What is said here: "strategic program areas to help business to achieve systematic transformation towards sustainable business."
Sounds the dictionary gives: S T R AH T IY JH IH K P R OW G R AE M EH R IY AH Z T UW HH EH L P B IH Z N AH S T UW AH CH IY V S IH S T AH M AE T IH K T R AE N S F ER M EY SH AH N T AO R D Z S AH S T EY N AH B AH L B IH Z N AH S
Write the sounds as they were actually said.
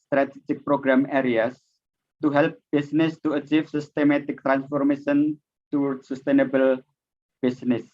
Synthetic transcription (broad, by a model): S T R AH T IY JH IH K P R OW G R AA M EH R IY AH S T UW HH EH L P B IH S N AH S T UW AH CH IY F S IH S T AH M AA T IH K T R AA N S F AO M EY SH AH N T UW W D S AH S T EY N AH B AH L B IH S N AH S